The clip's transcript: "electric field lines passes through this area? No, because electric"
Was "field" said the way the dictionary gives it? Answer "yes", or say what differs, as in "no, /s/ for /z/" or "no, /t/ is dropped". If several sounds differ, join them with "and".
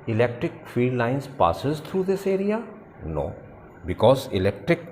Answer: no, /l/ is dropped